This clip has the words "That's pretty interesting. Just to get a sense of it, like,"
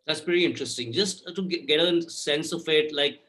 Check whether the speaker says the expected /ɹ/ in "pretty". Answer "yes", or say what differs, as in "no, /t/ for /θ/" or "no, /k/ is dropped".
no, /ɹ/ is dropped